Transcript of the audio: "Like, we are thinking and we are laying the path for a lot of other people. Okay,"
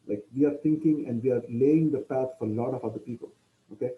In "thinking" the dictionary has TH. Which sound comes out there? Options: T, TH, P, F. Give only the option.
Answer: T